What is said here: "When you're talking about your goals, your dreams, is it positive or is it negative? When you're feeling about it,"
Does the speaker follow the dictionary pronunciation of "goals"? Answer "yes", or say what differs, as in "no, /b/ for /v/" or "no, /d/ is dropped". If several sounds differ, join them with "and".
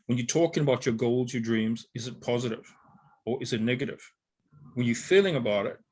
yes